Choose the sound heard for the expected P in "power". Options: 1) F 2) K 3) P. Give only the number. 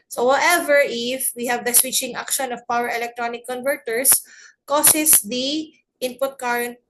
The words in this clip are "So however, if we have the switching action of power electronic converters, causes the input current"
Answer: 3